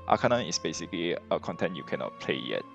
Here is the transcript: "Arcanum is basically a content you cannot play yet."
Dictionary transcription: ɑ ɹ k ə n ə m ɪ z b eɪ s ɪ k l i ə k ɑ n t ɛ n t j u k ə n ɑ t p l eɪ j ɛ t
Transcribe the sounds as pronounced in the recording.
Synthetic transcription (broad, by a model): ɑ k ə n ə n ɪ s b eɪ s ɪ k l i ə k ɑ n t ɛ n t j u k ə n ɑ t p l eɪ j ɛ t